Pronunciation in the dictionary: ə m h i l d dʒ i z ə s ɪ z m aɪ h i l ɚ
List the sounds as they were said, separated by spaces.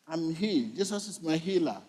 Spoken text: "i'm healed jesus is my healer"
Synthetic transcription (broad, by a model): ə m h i dʒ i s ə s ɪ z m aɪ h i l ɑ